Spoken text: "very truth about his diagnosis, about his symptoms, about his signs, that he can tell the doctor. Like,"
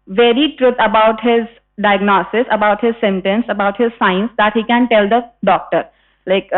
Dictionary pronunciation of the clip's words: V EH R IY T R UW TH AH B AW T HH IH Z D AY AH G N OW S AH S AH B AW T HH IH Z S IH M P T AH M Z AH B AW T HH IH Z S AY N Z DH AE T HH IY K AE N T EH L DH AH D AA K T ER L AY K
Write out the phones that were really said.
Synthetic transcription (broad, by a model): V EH R IY T R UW T AH B AW T HH IH Z D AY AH G N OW S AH S AH B AW T HH IH Z S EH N T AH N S AH B AW T HH IH Z S AY N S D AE T HH IY K AE N T EH L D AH D AA K T ER L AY K